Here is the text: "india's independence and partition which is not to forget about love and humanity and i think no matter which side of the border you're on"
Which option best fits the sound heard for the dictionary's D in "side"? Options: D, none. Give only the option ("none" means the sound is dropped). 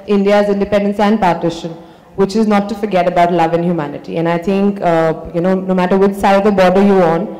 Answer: none